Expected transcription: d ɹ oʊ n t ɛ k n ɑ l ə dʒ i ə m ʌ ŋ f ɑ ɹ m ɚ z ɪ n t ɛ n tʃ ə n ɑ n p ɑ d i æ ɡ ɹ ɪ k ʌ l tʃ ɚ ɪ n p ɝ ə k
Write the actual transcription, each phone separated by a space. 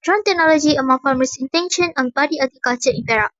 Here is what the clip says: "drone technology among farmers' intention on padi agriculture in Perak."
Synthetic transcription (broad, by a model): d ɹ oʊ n t ɛ k n ɑ l ə dʒ i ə m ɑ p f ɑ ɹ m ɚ s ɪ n t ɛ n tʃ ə n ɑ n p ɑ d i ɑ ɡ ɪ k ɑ tʃ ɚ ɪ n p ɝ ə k